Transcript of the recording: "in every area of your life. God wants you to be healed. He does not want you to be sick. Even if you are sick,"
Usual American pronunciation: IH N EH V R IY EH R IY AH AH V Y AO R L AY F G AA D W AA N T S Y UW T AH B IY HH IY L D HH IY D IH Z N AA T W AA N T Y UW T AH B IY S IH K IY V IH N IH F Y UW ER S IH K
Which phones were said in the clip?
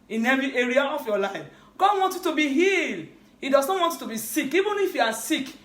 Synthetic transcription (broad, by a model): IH N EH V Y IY EH R IY AH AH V Y AO L AY F G AA D W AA N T Y UW T AH B IY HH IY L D HH IY D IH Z N AA T W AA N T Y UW T AH B IY S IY K IY V IH N IH F Y UW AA S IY K